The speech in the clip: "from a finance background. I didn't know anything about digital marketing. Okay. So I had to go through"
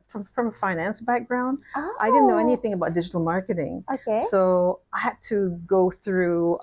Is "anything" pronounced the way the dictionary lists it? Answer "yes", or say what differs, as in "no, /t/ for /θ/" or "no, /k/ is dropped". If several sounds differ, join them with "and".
yes